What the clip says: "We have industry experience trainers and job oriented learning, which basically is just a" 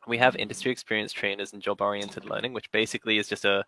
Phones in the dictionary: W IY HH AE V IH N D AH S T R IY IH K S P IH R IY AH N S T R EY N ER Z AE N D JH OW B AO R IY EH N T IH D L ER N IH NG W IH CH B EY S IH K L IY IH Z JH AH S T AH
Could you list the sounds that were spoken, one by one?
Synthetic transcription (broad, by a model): W IY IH V IH N D AH S T R IY IH K S P IH R IY AH N S T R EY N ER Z N JH OW B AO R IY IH N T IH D L ER N IH NG W IH CH B EY S IH K L IY IH Z JH AH S T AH